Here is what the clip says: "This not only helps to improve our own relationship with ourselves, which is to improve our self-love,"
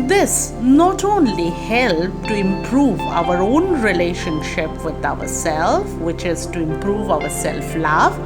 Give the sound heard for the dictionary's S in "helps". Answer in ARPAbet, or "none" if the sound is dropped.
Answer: none